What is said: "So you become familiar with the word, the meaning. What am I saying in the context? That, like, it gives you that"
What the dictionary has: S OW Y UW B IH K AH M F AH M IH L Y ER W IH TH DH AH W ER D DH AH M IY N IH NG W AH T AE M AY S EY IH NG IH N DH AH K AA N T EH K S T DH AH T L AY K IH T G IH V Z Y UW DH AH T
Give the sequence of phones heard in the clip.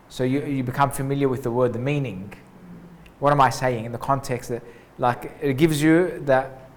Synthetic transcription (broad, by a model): S OW Y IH B IH K AH M F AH M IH L Y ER W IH DH AH W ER D DH AH M IY N IH NG W AH T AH M AY S EY IH NG IH N DH AH K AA N T EH K S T DH AH T L AY K IH T G IH V Z Y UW DH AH T